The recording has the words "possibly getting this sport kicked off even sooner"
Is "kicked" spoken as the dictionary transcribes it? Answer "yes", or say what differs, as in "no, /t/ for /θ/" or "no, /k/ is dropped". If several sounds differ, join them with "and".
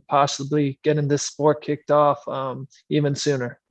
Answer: yes